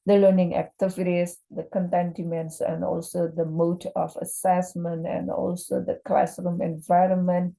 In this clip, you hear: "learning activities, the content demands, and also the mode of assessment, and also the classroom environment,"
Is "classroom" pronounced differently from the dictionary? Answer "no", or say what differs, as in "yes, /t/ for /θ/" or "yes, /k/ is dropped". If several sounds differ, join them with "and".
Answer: no